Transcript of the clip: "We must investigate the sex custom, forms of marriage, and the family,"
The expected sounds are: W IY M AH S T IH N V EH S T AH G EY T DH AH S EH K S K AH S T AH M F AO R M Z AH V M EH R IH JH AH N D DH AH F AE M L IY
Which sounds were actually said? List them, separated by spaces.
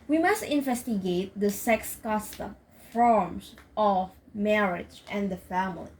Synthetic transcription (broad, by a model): W IY M AH S T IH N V EH S T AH G EY T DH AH S EH K S K AH S T AH M F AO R M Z AH V M EH R IH JH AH N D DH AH F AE M L IY